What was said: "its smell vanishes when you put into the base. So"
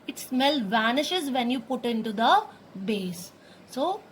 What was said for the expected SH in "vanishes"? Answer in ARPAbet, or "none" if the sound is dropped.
SH